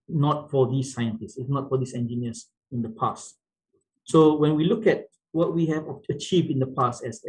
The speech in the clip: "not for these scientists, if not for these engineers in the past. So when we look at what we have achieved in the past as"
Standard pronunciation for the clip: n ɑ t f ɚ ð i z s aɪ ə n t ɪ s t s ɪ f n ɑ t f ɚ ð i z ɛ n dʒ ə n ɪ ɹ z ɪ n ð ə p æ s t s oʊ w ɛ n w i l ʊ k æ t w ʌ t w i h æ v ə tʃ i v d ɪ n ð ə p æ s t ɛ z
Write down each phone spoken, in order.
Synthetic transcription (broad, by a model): n ɑ t f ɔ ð i s aɪ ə n t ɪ s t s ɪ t n ɑ t f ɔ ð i s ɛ n dʒ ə n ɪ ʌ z ɪ n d ə p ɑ s t s oʊ w ɛ n w i l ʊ k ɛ t w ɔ t w i h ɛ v ə tʃ i v d ɪ n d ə p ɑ s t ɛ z